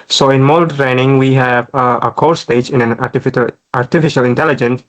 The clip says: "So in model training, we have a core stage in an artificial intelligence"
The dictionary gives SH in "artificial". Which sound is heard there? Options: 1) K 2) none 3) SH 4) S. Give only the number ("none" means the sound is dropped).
3